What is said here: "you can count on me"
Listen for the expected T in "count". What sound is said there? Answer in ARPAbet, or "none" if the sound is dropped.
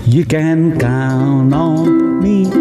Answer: none